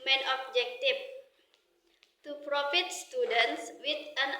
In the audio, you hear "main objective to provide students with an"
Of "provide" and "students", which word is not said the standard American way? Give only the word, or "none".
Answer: provide